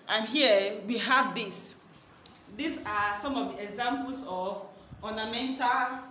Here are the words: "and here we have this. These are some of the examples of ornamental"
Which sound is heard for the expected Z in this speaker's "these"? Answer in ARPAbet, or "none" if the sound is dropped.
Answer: S